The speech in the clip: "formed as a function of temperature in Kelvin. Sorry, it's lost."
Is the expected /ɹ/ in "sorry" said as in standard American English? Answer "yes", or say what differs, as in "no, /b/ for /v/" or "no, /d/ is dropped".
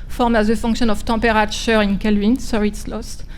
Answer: no, /ɹ/ is dropped